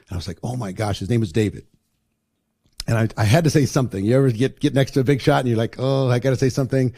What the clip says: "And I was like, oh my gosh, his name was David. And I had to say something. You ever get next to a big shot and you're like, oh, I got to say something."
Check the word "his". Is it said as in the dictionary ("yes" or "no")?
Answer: yes